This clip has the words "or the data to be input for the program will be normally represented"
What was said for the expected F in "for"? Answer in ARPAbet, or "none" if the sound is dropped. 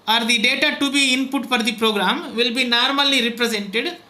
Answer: P